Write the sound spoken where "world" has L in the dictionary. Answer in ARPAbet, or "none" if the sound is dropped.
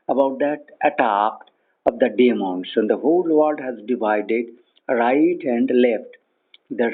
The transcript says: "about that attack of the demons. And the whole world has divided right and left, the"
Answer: none